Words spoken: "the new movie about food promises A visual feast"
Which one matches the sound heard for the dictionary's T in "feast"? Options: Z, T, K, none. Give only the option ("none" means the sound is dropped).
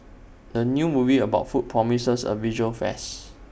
none